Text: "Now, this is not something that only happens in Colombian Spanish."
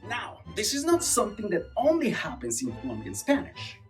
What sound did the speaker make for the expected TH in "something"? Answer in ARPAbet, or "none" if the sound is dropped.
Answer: TH